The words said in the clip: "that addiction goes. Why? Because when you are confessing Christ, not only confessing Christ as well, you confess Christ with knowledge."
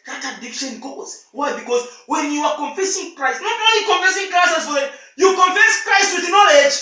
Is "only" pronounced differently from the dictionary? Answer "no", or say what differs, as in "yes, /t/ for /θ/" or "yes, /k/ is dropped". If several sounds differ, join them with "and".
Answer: yes, /n/ is dropped